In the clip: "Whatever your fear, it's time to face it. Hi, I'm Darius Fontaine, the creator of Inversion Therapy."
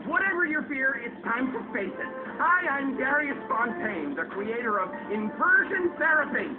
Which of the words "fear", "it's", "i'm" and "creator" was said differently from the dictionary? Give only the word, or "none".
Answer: none